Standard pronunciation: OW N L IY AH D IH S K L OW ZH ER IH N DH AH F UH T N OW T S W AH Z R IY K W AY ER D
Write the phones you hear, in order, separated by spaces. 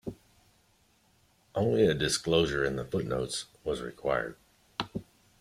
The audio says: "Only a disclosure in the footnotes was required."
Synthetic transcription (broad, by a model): OW N L IY AH D IH S K L OW ZH ER IH N DH AH F UH T N OW T S W AH Z R IY K W AY ER D